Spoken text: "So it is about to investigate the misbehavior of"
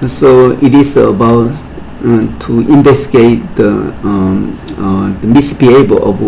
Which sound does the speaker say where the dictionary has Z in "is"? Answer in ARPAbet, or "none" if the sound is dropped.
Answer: S